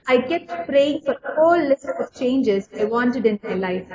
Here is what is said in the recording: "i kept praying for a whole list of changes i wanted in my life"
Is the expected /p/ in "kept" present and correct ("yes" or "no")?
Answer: no